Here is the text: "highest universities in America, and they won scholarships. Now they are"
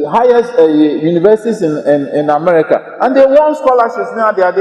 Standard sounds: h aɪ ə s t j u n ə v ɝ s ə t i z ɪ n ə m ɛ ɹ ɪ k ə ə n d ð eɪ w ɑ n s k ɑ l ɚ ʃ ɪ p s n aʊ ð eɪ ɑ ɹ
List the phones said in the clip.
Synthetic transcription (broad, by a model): h aɪ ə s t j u n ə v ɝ s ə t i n ɪ n ə m ɛ ɹ ɪ k ə ə n d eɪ w ɑ n s k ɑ l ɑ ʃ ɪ s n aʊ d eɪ ɑ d